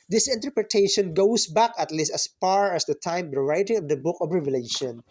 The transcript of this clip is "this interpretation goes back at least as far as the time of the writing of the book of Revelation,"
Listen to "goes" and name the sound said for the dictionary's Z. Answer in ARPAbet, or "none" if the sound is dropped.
S